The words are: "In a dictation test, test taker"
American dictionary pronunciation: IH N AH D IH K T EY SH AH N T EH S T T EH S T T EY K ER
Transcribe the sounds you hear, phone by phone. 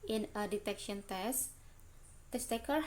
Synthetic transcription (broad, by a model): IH N AH D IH T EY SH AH N T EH S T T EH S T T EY K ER